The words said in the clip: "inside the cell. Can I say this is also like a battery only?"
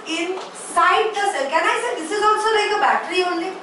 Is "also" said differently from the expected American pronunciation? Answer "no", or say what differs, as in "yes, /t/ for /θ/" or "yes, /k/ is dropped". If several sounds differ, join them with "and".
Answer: yes, /n/ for /l/